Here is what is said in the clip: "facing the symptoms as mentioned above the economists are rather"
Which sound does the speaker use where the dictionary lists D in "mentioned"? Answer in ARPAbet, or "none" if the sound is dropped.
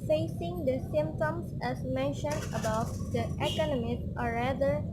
D